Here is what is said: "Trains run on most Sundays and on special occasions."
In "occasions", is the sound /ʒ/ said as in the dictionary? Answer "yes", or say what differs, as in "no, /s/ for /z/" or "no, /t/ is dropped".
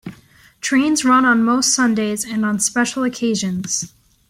yes